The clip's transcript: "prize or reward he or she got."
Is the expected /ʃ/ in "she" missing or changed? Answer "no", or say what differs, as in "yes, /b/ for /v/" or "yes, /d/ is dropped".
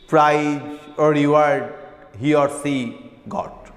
yes, /s/ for /ʃ/